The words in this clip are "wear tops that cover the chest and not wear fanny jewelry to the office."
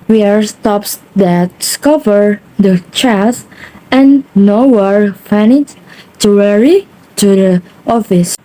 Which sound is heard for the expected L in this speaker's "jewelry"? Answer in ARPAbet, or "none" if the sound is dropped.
W